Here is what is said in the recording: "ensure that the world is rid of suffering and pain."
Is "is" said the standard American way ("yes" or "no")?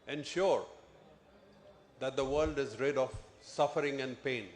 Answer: yes